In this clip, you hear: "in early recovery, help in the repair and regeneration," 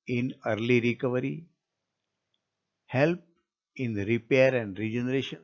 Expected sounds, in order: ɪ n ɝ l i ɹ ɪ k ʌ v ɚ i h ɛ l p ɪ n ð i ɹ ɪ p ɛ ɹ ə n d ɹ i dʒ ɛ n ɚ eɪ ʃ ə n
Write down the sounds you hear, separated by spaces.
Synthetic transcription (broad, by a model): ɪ n ɝ l i ɹ ɪ k ʌ v ɚ i h ɛ l p ɪ n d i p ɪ ʌ ɹ ə n d ɹ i dʒ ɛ n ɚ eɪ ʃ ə n